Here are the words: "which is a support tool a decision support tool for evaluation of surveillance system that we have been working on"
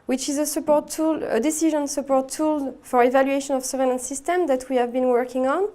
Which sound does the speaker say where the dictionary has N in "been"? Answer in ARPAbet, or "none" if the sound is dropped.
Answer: N